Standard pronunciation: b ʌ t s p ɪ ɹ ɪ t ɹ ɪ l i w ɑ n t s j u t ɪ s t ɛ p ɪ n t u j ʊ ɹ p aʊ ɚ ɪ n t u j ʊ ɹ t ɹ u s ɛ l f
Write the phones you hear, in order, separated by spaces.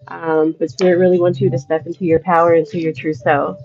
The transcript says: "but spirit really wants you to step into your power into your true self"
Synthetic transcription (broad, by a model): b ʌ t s ɪ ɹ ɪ ɹ ɪ l i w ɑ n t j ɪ t ɪ s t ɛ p ɪ n t u j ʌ ɹ p aʊ ɚ ɪ n t u j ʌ ɹ t ɹ u s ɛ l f